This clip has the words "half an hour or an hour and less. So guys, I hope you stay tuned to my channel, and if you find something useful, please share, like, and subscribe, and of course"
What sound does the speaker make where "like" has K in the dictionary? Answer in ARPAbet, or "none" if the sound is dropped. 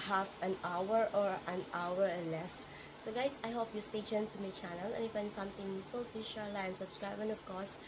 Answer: none